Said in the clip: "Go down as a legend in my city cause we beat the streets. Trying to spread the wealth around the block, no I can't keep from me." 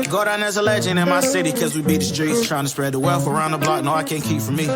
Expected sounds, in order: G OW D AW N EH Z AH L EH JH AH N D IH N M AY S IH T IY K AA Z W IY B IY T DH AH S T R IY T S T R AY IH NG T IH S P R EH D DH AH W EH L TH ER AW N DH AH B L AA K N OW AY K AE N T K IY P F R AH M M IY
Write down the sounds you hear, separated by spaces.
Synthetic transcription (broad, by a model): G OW D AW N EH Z AH L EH JH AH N IH N M AY S IH T IY K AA Z W IY B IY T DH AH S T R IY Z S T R AY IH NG T IH S P R EH D DH AH W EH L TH ER AW N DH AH B L AA K N OW AY K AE N K IY P F R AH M M IY